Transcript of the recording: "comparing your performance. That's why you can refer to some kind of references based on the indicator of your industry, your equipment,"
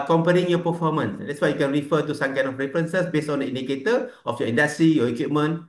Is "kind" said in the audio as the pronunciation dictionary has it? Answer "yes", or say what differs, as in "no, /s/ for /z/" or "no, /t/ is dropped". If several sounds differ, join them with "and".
no, /d/ is dropped